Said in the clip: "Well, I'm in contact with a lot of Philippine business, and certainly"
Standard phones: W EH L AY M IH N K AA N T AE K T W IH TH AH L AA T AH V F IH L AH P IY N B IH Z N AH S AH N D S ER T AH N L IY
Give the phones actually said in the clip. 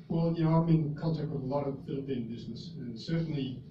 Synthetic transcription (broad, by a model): W EH L AY M IH N K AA L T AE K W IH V AH L AA T AH V F IH L AH P IY N B IH Z N AH S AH N S ER T N L IY